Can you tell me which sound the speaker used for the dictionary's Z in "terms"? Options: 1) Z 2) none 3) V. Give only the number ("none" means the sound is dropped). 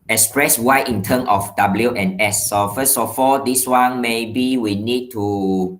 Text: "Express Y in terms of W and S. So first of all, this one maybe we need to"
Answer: 2